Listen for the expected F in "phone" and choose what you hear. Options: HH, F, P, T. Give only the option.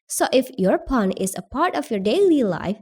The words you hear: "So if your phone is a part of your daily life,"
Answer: P